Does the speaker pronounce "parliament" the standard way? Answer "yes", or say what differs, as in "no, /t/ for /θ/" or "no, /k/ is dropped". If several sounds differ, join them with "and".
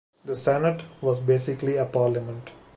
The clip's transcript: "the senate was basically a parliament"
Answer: yes